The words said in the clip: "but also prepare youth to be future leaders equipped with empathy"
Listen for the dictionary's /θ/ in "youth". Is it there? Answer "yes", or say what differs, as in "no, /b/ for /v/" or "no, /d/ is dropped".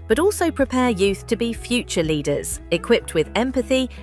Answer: yes